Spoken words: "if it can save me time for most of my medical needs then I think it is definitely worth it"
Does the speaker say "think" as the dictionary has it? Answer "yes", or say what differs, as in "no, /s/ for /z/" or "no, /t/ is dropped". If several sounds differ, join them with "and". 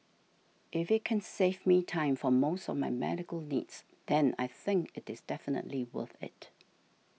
yes